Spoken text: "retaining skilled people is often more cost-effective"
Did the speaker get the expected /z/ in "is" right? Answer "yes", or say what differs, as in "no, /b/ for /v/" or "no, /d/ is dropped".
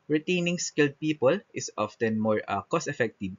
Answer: no, /s/ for /z/